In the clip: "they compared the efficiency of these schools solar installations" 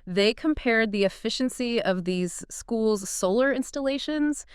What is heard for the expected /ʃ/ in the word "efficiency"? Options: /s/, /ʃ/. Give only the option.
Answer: /ʃ/